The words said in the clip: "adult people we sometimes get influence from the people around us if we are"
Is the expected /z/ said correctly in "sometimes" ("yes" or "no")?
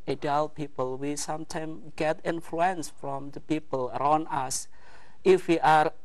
no